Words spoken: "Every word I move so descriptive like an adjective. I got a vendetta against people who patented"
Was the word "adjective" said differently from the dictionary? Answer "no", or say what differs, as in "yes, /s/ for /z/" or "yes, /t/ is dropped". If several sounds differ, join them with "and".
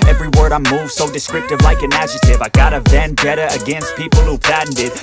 yes, /k/ is dropped